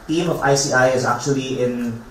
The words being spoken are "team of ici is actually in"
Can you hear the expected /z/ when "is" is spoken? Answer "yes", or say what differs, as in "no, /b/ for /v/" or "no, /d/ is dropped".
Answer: yes